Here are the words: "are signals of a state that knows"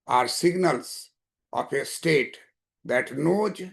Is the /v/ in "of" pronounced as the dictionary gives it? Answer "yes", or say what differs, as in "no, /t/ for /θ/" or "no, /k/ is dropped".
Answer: no, /p/ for /v/